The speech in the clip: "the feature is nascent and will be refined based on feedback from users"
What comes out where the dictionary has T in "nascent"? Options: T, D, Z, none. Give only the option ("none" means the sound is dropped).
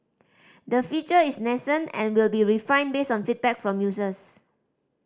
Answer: none